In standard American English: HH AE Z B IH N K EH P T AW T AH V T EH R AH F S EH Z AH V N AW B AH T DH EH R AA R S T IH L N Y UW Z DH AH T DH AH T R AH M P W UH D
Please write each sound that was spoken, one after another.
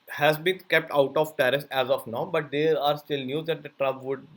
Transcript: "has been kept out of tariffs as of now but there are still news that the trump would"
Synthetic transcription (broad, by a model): HH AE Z B IH N K EH P T AW T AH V T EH R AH S EH Z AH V N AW B AH T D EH R AA R S T IH L N Y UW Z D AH T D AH T R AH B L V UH D